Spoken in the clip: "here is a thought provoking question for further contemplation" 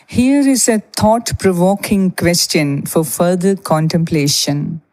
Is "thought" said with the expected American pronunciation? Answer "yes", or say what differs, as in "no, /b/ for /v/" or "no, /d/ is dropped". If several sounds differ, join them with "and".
no, /t/ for /θ/